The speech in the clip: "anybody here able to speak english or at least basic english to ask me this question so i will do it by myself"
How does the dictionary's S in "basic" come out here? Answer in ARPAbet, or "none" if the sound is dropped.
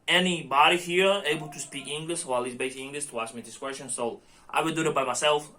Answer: none